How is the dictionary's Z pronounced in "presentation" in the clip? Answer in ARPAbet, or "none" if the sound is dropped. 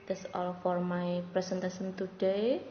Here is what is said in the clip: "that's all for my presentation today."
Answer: S